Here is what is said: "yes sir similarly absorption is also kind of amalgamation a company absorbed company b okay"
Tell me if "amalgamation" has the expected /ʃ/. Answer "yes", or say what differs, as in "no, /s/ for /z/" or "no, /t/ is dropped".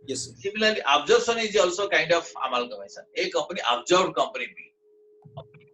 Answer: no, /s/ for /ʃ/